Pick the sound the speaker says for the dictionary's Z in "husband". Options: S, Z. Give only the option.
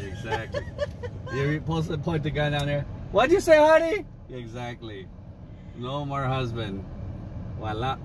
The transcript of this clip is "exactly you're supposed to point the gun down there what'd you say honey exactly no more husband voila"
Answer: Z